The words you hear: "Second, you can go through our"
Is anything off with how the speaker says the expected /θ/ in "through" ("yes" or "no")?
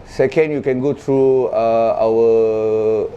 yes